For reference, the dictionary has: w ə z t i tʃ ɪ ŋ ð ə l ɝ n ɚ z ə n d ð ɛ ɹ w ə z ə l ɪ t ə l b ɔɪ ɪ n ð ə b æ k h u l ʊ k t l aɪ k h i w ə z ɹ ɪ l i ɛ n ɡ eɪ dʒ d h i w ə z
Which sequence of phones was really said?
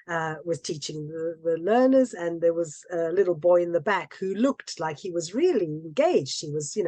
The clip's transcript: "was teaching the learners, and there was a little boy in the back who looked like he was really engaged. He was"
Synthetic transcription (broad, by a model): w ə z t i tʃ ɪ ŋ ð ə l ɝ n ɚ z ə n ð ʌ ɹ w ə z ə l ɪ t l b ɔɪ ɪ n ð ə b æ k h u l ʊ k t l aɪ k h i w ə z ɹ ɪ l i ɛ n ɡ eɪ dʒ d h i w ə z